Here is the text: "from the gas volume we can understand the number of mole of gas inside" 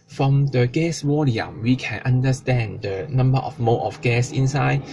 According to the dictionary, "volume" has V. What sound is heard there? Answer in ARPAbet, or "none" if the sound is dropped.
W